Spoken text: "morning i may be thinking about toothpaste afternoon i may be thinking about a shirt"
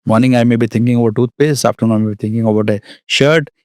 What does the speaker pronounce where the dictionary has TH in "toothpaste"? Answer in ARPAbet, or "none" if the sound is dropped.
T